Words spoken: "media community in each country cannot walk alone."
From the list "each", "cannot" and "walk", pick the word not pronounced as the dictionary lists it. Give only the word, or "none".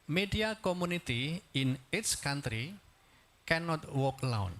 each